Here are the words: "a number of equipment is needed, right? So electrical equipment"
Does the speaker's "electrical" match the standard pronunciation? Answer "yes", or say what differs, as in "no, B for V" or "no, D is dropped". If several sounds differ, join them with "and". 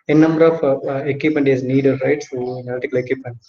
no, N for L and R is dropped